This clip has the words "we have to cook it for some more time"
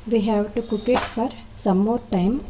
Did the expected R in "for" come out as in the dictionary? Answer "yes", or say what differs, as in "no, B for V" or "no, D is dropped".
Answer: yes